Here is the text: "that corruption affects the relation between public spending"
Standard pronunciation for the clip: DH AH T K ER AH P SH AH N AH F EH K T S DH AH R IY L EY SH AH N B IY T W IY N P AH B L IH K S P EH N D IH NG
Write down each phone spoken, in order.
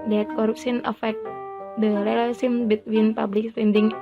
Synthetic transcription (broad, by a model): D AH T K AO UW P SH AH N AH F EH K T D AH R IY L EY S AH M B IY T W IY N P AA B L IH K S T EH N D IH NG